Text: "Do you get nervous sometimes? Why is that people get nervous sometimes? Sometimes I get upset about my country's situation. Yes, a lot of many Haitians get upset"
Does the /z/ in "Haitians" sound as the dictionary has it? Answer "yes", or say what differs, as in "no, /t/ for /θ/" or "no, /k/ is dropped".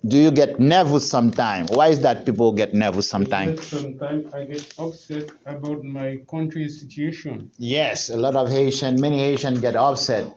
no, /z/ is dropped